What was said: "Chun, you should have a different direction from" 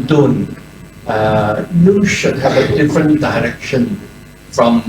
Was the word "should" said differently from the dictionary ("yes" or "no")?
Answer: no